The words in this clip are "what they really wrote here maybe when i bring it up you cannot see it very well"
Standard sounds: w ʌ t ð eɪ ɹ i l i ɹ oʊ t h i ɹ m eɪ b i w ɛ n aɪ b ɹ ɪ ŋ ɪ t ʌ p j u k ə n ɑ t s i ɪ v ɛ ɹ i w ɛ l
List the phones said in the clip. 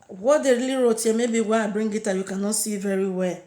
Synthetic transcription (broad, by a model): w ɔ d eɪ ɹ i l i ɹ oʊ t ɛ m eɪ b i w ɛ aɪ b ɹ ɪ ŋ ɪ t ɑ j u k ə n ɑ t s i v ɛ ɹ i w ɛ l